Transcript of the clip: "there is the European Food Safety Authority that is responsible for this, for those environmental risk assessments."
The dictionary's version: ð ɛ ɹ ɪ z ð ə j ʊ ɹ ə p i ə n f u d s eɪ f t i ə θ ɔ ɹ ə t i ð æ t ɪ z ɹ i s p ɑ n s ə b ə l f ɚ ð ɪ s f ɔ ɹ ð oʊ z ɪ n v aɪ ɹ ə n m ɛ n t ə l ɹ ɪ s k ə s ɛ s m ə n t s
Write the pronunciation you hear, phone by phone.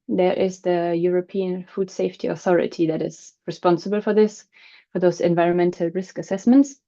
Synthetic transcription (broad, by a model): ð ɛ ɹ ɪ z ð ə j ʊ ɹ ə p i ə n f u d s eɪ f t i ə θ ɔ ɹ ə t i ð æ t ɪ z ɹ i s p ɑ n s ə b ə l f ɚ ð ɪ s f ɔ ɹ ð oʊ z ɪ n v aɪ ɹ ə n m ɛ n t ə l ɹ ɪ s k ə s ɛ s m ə n t s